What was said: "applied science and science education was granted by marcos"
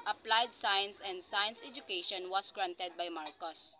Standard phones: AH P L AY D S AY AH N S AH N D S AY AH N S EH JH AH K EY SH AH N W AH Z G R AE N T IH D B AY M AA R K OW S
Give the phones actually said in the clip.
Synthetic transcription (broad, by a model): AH P L AY D S AY AH N S AH N D S AY AH N S EH JH AH K EY SH AH N W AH S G R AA N T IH D B AY M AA R K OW S